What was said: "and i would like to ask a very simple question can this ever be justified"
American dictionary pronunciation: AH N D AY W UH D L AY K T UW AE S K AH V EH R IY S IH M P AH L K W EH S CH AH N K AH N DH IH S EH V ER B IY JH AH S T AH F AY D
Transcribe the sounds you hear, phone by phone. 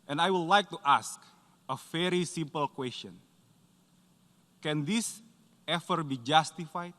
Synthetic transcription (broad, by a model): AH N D AY W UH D L AY K T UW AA S K AH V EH R IY S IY M P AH L K W EH S CH AH N K AH N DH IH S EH F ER B IY JH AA S T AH F AY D